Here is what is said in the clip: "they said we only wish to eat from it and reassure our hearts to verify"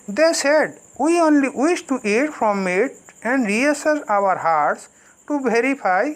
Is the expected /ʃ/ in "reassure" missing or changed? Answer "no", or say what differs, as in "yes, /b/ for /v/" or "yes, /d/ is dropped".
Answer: yes, /s/ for /ʃ/